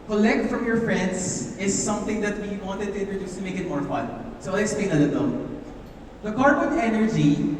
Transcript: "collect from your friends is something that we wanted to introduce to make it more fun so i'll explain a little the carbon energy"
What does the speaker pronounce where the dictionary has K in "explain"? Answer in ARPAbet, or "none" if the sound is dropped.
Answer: none